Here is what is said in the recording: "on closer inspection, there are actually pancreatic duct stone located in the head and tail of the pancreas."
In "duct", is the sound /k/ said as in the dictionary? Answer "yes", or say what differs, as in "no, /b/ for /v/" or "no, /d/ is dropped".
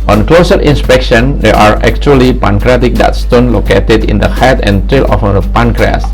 no, /k/ is dropped